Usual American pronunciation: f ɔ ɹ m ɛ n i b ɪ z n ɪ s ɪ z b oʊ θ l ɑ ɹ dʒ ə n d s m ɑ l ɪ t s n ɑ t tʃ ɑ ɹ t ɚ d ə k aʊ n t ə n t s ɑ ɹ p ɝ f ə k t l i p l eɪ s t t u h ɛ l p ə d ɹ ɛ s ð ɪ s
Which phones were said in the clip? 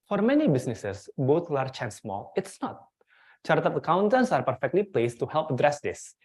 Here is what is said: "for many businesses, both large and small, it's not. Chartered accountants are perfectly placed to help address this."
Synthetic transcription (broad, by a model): f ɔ ɹ m ɛ n i b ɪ s n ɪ s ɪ s b oʊ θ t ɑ ɹ tʃ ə n s m ɑ l ɪ t s n ɑ t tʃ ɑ ɹ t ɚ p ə k aʊ n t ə n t s ɑ ɹ p ɝ f ə k t l i p l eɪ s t t u h ɛ l p ə d ɹ ɛ s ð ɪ s